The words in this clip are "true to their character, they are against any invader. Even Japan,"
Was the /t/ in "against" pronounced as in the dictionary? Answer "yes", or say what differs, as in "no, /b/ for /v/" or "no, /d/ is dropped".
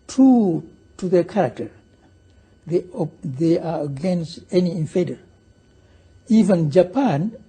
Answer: yes